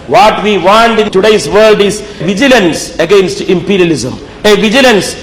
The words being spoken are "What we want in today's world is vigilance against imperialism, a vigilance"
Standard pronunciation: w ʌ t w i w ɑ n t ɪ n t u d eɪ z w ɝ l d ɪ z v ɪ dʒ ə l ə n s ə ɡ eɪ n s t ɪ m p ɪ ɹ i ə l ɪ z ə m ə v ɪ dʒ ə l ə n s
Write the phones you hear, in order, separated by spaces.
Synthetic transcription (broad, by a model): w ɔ t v i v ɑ n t ɪ n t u d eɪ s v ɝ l d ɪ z v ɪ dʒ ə l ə n s ə ɡ eɪ n s t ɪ m p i ɹ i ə l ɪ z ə m ə v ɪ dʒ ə l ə n s